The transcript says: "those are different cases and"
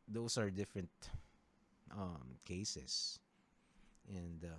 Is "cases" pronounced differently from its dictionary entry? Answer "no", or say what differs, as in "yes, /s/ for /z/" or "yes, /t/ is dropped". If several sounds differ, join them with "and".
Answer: yes, /s/ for /z/